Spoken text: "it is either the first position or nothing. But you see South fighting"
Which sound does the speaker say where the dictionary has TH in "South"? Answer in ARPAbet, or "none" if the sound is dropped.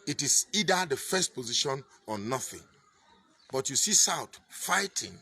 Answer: T